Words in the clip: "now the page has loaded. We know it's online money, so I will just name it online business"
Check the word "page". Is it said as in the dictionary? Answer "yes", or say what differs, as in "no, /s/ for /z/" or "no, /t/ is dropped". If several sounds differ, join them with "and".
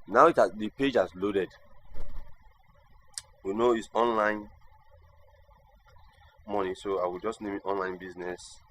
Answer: yes